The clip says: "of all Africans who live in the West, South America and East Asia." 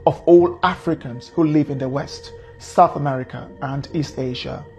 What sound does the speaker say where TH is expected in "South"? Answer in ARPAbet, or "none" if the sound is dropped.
TH